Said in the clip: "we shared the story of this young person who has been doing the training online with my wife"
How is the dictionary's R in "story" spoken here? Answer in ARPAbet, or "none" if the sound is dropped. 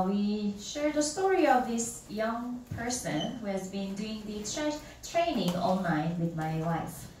R